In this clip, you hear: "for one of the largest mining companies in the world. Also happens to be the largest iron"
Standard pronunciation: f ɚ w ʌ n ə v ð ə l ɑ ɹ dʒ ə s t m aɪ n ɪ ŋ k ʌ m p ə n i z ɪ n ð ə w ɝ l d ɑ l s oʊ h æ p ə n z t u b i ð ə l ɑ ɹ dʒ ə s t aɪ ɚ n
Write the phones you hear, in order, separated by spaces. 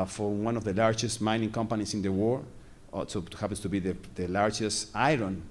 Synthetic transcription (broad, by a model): f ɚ w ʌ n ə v ð ə l ɑ ɹ dʒ ə s t m aɪ n ɪ ŋ k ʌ m p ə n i s ɪ n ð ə w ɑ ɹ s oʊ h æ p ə n s t u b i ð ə l ɑ ɹ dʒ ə s t aɪ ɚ n